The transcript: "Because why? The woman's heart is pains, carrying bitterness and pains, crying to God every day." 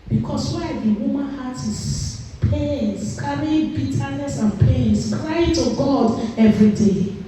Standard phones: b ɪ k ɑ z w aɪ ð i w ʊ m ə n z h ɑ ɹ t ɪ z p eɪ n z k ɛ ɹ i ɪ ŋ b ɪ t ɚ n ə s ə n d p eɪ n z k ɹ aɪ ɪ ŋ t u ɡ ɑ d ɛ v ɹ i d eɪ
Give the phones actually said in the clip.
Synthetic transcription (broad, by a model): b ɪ k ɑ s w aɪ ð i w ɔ m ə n h ɑ t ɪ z p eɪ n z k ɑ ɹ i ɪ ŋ b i t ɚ n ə s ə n p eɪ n s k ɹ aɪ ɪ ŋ t u ɡ ɑ d ɛ v ɹ i d eɪ